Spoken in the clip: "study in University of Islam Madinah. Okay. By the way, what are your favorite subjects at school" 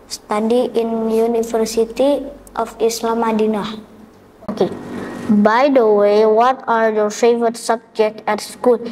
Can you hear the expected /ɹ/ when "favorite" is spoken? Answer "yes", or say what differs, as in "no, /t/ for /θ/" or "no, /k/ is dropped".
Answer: no, /ɹ/ is dropped